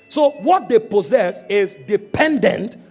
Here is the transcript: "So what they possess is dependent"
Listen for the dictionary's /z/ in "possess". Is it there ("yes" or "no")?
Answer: yes